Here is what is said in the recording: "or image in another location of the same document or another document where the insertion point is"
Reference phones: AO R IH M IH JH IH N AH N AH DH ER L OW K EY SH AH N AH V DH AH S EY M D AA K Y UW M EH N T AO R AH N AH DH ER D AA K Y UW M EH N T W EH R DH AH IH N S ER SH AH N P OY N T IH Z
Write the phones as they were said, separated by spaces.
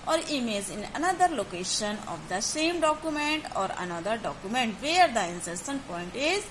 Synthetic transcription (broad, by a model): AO R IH M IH Z IH N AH N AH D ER L OW K EY SH AH N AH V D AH S EY M D AA K Y UW M EH N T AO R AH N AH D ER D AA K Y UW M EH N T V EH R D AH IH N S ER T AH N P OY N T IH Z